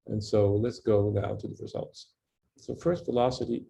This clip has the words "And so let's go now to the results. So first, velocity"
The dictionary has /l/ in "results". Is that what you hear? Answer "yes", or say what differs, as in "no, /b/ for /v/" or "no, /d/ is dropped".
yes